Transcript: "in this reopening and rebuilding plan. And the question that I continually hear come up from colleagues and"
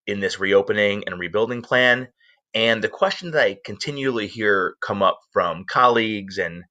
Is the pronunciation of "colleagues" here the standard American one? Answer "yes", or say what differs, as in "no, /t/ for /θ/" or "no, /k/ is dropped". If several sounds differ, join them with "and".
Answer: yes